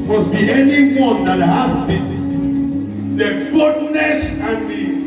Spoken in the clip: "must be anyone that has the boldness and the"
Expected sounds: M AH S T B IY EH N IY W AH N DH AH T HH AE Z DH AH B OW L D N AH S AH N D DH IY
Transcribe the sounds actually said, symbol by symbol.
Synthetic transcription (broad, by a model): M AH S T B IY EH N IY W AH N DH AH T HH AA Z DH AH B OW D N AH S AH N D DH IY